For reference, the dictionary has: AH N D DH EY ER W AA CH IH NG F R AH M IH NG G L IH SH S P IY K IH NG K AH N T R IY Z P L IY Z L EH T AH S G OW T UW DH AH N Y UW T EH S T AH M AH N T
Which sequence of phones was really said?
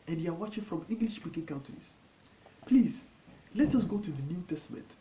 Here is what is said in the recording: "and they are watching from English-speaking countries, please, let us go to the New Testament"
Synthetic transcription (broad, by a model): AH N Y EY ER W AA CH IH NG F R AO M IH NG G L IH SH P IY K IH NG K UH N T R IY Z P L IY Z L EH T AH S G OW T UW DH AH N Y UW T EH S T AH M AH N T